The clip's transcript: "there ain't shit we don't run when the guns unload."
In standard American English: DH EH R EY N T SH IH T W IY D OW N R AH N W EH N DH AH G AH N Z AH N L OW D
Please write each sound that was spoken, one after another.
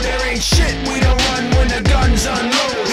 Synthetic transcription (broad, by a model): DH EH R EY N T SH IH T W IY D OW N R AH N W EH N DH AH G AH N Z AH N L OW